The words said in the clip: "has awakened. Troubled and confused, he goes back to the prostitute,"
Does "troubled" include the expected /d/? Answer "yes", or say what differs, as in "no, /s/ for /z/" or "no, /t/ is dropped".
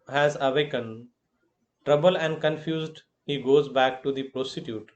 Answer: no, /d/ is dropped